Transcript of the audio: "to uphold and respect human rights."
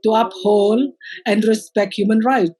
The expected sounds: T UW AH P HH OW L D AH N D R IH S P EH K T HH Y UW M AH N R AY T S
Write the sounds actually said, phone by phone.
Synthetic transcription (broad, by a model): T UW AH P HH OW L AH N D R IH S P EH K T HH Y UW M AH N R AY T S